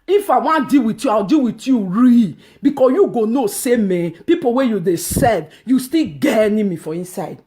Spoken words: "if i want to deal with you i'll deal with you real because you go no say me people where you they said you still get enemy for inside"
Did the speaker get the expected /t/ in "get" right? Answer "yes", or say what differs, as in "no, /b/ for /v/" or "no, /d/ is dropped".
no, /t/ is dropped